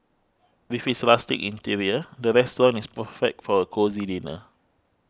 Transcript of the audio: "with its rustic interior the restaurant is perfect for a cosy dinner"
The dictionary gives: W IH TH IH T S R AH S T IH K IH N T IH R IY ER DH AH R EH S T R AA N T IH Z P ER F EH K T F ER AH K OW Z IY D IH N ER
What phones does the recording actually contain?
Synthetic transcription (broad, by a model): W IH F IH T S L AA S T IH K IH N T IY R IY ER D AH R EH S T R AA N IH S P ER F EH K T F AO AH K OW Z IY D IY N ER